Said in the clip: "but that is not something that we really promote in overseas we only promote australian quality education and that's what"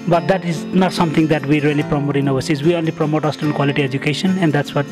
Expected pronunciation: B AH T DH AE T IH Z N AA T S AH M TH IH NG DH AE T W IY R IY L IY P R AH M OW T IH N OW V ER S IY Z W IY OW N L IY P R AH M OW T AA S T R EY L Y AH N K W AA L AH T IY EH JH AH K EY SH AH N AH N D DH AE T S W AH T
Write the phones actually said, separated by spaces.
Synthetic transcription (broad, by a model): B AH T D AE T IH Z N AA T S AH M T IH NG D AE T W IY R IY L IY P R AH M OW T IH N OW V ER S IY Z W IY OW N L IY P R AH M OW T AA S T EY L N K W AA L AH T IY EH JH AH K EY SH AH N AH N D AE T S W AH T